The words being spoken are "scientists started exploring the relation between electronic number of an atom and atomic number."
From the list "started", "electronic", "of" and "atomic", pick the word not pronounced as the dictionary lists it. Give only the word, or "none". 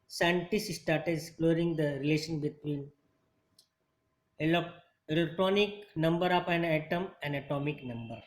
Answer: of